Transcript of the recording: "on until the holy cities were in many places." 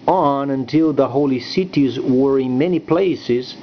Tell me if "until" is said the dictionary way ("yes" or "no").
yes